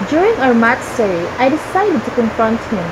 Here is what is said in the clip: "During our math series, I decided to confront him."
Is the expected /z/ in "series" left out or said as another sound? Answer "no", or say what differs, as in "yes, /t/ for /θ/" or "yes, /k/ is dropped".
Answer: yes, /z/ is dropped